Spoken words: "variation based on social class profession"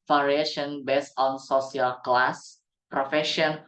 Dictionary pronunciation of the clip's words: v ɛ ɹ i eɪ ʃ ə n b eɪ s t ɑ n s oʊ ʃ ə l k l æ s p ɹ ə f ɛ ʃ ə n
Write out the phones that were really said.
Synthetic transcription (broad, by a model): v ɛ ɹ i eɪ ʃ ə n b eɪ s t ɑ n s oʊ s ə l k l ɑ s p ɹ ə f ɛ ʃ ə n